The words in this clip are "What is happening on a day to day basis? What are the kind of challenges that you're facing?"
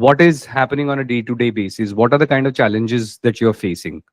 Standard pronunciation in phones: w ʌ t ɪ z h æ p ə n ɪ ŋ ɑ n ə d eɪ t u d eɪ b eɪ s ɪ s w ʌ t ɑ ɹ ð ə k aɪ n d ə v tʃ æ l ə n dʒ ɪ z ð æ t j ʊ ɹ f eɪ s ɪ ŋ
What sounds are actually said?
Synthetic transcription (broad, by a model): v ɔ t ɪ z h æ p ə n ɪ ŋ ɑ n ə d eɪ t u d eɪ b eɪ s ɪ s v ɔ t ɑ ɹ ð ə k aɪ n d ə v tʃ æ l ə n dʒ ɪ z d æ t j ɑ ɹ f eɪ s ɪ ŋ